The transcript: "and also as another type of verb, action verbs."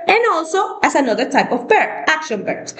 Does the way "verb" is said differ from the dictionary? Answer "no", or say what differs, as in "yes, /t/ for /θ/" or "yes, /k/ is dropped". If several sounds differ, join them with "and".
yes, /b/ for /v/